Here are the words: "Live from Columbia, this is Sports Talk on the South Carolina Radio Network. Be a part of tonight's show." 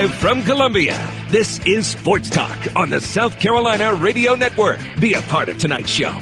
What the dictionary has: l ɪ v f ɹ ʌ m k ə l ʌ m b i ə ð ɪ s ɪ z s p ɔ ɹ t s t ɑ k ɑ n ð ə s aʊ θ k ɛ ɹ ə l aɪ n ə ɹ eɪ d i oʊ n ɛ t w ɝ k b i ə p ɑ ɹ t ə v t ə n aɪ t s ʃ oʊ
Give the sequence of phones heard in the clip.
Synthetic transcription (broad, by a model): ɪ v f ɹ ʌ m k ə l ʌ m b i ə ð ɪ s ɪ z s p ɔ ɹ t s t ɑ k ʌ n ð ə s aʊ θ k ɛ ɹ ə l aɪ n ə ɹ eɪ d i oʊ n ɛ t w ɝ k b i ə p ɑ ɹ t ə v t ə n aɪ t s ʃ oʊ